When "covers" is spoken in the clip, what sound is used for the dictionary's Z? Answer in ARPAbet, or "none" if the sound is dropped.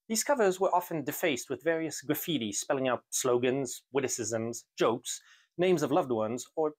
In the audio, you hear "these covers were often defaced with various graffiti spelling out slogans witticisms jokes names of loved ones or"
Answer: Z